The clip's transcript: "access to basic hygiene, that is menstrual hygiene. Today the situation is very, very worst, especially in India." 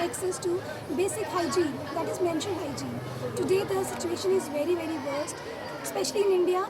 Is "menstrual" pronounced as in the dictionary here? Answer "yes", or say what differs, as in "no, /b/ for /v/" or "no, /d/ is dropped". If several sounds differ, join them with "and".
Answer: no, /n/ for /l/